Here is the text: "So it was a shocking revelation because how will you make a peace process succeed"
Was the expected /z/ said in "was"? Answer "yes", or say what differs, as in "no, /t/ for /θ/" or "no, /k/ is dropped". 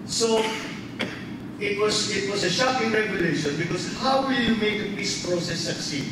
no, /s/ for /z/